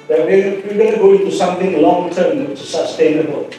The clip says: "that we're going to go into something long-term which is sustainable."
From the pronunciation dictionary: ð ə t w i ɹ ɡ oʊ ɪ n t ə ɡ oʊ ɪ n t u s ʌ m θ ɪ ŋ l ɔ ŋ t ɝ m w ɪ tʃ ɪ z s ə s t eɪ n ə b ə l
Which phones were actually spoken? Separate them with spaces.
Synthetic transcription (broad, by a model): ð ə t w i w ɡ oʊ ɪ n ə ɡ oʊ ɪ n t u s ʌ m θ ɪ ŋ l ɔ ŋ t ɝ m w ɪ tʃ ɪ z s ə s t eɪ n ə b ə l